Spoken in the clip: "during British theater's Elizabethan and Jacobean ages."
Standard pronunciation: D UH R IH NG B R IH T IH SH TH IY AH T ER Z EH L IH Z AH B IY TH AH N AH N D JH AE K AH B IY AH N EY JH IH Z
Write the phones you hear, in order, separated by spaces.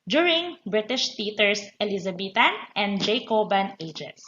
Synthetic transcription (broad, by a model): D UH R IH NG B R IH T IH SH T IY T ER S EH L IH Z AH B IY T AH N AH N D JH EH K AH B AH N EY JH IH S